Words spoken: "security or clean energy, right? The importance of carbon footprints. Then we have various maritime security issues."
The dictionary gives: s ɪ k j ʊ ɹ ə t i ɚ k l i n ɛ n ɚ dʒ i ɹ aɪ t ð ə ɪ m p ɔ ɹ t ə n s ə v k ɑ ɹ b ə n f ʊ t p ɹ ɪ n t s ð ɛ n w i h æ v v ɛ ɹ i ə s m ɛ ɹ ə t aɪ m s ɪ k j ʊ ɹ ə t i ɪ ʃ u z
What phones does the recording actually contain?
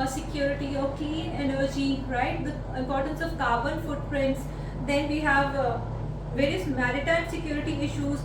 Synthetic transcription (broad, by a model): s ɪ k j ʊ ɹ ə t i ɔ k i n ɛ n ɚ dʒ i ɹ aɪ t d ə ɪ m p ɔ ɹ t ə n s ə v k ɑ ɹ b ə n f ʊ t p ɹ ɪ n t s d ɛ n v i h æ v v ɛ ɹ i ə s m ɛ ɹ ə t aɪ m s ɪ k j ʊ ɹ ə t i ɪ ʃ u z